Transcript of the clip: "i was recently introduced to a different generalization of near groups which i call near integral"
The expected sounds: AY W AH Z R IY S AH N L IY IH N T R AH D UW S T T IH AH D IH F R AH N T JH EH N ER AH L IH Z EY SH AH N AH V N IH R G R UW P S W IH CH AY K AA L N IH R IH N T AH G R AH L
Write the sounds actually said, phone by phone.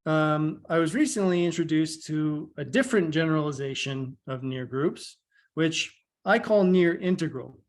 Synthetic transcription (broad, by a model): AY W AH Z R IY S AH N L IY IH N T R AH D UW S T T IH AH D IH F R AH N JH EH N ER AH L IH Z EY SH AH N AH V N IH R G R UW P S W IH CH AY K AA L N IH R IH N T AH G R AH L